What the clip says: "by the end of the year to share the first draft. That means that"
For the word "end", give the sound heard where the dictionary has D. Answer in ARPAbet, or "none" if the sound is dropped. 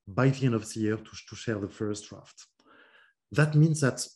none